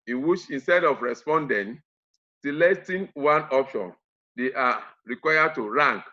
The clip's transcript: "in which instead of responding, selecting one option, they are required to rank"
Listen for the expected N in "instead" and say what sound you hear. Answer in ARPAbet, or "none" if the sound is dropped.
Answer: N